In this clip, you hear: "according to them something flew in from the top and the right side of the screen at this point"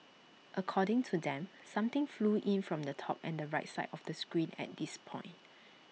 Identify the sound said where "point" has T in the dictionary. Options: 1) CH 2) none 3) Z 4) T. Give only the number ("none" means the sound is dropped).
4